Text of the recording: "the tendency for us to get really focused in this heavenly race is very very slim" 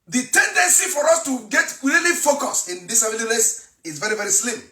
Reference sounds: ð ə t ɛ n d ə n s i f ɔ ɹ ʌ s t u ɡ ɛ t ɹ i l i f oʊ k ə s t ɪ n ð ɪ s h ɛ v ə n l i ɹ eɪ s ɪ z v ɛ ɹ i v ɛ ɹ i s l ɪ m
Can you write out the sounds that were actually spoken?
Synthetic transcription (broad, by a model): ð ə t ɛ n d ə n s i f ɔ ɹ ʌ s t u ɡ ɛ t ɹ i l i f oʊ k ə s ɪ n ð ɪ s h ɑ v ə l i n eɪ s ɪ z v ɛ ɹ i v ɛ ɹ i s l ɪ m